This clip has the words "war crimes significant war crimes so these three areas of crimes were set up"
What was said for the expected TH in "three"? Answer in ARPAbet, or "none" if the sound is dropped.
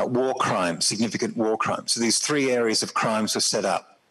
TH